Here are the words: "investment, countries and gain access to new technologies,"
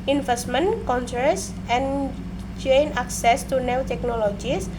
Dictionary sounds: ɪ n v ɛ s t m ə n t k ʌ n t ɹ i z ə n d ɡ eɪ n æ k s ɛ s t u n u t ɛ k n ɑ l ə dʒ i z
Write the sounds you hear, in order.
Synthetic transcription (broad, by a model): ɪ n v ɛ s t m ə n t k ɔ n s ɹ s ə n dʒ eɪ n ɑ k s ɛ s t u n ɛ t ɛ k n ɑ l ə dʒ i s